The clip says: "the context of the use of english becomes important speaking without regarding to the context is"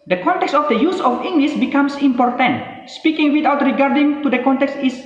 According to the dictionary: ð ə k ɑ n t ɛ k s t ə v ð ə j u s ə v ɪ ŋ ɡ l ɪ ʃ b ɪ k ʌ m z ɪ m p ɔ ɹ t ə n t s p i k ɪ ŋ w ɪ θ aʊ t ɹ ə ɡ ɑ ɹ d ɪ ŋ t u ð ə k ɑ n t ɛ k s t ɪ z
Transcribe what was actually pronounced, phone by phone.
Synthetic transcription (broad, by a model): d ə k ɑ n t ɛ k s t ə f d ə j u s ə f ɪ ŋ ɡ l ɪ s b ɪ k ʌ m s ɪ m p ɔ ɹ t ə n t s p i k ɪ ŋ w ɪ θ aʊ t ɹ ə ɡ ɑ ɹ d ɪ ŋ t u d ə k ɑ n t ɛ k s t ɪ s